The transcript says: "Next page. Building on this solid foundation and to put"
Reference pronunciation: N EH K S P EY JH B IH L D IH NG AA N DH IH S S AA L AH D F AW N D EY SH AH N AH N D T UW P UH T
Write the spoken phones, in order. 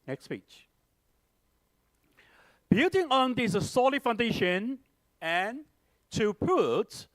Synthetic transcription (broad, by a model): N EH K S P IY CH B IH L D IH NG AA N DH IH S S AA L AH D F AW N D EY SH AH N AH N T UW P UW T